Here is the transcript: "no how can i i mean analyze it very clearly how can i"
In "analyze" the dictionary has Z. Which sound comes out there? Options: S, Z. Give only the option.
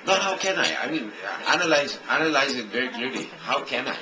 Z